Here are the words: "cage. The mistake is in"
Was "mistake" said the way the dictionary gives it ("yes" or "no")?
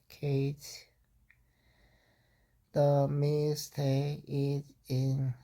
no